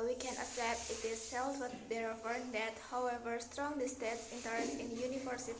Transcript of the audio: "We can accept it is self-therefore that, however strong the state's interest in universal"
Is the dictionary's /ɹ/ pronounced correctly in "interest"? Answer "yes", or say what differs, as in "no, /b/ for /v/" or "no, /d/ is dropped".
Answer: no, /ɹ/ is dropped